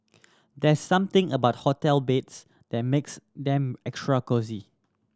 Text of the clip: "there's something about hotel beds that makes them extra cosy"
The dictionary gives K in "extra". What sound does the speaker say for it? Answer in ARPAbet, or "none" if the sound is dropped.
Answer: K